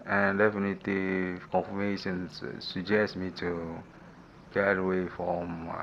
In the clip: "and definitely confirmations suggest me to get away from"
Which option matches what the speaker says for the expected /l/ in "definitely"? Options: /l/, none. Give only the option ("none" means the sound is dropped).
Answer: none